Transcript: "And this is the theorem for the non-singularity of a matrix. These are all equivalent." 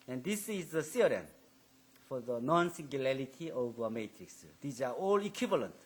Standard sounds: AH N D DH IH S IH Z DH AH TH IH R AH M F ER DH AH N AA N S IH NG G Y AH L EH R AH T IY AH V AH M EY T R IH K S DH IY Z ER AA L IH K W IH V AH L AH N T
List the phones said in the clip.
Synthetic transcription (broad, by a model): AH N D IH S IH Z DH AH S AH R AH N F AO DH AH N AA N S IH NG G Y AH L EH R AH T IY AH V AH M EY T R IH K S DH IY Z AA AA L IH K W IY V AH L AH N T